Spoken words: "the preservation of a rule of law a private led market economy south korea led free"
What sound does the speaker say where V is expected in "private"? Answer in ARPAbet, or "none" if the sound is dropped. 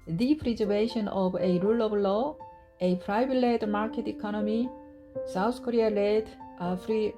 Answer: B